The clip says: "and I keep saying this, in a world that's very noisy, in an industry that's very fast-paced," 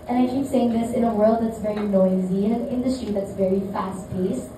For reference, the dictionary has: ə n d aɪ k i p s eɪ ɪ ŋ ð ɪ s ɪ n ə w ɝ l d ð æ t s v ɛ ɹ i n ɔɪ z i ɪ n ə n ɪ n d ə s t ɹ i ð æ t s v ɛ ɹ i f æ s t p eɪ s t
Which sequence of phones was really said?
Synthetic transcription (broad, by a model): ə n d aɪ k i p s eɪ ɪ ŋ ð ɪ s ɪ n ə w ɝ l d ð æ t s v ɛ ɹ i n ɔɪ z i ɪ n ə n ɪ n d ə s t ɹ i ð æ t s v ɛ ɹ i f æ s t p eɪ s